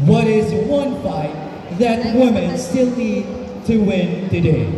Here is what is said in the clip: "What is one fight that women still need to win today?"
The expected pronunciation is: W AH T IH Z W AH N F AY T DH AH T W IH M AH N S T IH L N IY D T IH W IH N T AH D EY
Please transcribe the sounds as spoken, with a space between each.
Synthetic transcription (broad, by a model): W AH T IH Z W AH N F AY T DH AH T W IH M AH N S T IH L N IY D T IH W IH N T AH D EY